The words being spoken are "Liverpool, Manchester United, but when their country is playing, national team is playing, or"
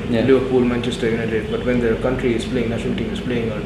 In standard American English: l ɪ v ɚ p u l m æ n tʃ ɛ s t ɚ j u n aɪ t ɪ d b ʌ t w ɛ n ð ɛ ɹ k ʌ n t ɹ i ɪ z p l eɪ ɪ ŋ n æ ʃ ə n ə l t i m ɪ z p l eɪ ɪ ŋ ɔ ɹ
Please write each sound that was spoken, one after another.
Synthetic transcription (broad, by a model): l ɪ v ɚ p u l m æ n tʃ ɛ s t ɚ j u n aɪ t ɪ d b ʌ t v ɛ n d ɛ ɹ k ʌ n t ɹ i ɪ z p l eɪ ɪ ŋ n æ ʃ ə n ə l t i m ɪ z p l eɪ ɪ ŋ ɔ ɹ